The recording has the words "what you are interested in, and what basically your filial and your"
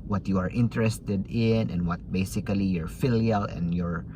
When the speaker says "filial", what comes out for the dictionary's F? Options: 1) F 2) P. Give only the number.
1